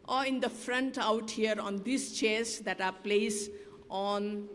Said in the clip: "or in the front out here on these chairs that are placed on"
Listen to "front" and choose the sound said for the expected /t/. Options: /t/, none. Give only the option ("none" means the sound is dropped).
/t/